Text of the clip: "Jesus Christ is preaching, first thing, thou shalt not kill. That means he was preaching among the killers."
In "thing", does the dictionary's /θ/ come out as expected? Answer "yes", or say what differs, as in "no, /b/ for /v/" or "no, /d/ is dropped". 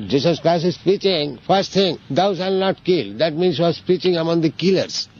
no, /t/ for /θ/